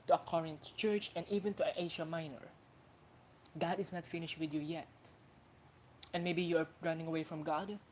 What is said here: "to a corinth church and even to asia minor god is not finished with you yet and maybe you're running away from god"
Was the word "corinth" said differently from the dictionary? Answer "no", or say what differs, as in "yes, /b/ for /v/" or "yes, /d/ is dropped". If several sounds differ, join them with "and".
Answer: yes, /t/ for /θ/